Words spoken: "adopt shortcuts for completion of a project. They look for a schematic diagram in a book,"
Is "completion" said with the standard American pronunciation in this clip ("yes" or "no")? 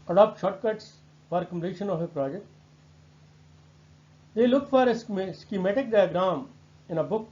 no